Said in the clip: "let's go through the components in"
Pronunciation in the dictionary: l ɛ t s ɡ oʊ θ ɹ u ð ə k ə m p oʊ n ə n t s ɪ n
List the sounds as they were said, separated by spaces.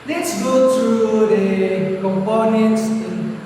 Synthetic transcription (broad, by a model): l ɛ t s ɡ oʊ t ɹ u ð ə k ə m p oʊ n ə n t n